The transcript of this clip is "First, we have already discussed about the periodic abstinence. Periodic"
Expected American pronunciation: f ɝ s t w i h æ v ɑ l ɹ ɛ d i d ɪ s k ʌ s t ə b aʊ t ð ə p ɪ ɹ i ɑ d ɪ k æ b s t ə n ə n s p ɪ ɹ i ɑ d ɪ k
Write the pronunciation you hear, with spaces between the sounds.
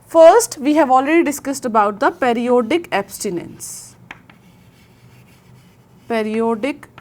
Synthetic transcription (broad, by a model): f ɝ s t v i h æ v ɑ l ɹ ɛ d i d ɪ s k ʌ s t ə b aʊ t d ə p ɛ ɹ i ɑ d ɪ k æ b s t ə n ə n s p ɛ ɹ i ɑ d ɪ k